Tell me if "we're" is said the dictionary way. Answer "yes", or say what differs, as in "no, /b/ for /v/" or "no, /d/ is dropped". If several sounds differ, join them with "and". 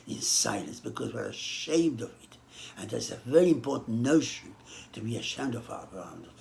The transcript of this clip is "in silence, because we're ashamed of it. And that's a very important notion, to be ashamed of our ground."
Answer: yes